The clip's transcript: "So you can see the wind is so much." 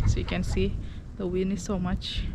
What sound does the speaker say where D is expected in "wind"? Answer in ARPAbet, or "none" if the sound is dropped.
none